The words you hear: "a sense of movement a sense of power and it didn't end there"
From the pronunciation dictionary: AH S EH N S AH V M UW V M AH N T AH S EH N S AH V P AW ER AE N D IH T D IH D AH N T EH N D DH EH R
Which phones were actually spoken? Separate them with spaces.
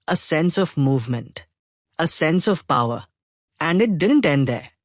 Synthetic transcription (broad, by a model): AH S EH N S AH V M UW V M AH N T AH S EH N S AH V P AW ER AE N D IH T D IH D AH N T EH N D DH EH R